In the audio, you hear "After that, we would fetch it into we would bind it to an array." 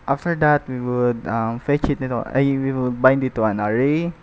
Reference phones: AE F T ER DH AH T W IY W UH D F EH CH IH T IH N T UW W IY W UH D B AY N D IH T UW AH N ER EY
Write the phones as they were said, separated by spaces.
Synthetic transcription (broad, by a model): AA F T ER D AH T W IY W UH D F EH CH IH T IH T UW W IY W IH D B AY N D IH T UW AH N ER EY